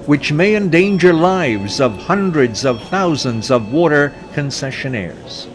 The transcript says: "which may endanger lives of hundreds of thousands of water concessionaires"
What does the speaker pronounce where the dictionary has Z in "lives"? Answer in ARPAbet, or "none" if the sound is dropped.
Z